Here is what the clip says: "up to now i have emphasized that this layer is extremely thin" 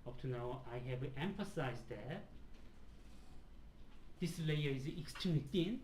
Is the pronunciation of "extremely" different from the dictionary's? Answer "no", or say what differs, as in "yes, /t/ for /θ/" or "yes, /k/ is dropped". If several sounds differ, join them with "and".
yes, /ɹ/ is dropped